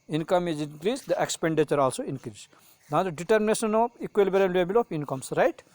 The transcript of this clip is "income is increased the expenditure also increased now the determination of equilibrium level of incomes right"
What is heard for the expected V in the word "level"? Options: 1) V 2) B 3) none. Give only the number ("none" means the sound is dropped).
2